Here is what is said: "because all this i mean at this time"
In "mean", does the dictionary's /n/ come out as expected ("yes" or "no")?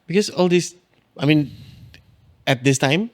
yes